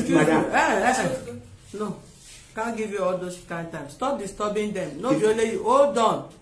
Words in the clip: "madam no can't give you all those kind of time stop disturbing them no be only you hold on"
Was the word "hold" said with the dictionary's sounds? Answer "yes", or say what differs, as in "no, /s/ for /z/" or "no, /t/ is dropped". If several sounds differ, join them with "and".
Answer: no, /l/ is dropped